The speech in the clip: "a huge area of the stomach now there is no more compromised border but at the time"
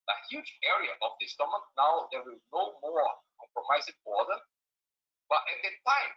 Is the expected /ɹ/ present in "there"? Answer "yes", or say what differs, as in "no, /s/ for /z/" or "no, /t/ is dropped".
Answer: no, /w/ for /ɹ/